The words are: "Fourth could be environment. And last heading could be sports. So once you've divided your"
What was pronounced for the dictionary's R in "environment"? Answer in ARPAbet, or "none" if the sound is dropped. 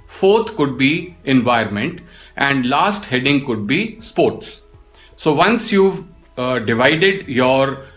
none